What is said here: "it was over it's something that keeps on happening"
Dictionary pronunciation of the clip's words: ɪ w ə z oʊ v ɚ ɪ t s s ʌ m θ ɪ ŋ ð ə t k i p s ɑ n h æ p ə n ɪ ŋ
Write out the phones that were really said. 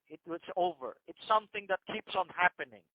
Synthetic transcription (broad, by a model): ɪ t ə s oʊ v ɚ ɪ t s s ʌ m θ ɪ ŋ ð ə t k i p s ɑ n h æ p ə n ɪ ŋ